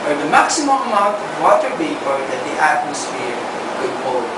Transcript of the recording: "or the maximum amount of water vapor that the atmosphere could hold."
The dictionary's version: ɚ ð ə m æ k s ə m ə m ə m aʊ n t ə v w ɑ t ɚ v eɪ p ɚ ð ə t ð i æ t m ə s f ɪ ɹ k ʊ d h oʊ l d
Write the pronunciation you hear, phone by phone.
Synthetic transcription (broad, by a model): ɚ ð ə m æ k s ə m ə m ə m aʊ n t ə v w ɑ t ɚ b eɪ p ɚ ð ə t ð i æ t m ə s f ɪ ɹ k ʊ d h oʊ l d